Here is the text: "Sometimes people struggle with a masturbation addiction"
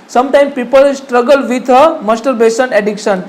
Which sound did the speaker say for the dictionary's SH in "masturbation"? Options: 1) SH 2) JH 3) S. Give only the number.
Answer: 3